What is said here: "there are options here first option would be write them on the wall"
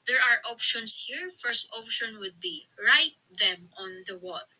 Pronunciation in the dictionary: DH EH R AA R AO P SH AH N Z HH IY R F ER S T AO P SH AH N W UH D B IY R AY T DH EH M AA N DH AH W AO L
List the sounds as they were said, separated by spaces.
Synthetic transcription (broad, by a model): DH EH R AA R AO P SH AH N S HH IY R F ER S T AO P SH AH N W UH D B IY R AY T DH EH M AA N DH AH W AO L